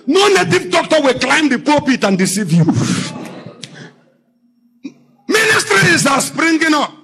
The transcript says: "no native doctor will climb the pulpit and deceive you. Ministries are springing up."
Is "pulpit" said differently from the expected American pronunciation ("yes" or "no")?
yes